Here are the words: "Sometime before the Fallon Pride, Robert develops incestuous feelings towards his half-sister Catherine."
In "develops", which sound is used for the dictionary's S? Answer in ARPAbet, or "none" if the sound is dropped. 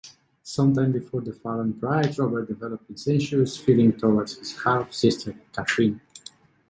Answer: none